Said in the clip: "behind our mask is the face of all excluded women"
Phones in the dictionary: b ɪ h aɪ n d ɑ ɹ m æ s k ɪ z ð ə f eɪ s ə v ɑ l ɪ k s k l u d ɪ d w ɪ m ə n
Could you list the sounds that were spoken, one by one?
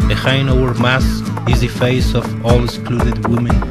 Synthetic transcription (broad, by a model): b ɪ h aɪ n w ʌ ɹ m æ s ɪ z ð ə f eɪ s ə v ɑ l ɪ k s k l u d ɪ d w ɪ m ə n